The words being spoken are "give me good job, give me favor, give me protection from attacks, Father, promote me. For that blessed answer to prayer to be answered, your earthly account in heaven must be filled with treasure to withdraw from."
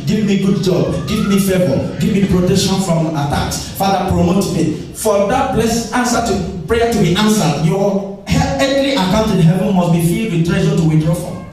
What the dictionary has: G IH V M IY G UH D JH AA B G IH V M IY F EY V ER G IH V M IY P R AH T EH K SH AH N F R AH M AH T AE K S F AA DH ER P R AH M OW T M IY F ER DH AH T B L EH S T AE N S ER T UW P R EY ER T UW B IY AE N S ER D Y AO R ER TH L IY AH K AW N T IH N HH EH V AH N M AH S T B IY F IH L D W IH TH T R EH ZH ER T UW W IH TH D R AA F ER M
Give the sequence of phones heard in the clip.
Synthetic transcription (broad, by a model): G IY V M IY G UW D JH AA B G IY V M IY F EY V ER G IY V M IY P R AH T EH K SH AH N F R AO M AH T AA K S F AA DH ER P R AH M OW T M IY F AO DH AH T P L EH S AA N S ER T UW P R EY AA T UW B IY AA N S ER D Y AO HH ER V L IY AH K AW N T IH N HH EH V AH N M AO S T B IY F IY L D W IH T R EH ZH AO T UW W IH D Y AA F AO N